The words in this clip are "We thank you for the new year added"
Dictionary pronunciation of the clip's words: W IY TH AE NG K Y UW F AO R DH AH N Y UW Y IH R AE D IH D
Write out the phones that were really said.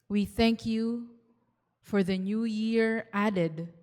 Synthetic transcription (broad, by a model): W IY TH AE NG K Y UW F AO R DH AH N Y UW Y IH R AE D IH D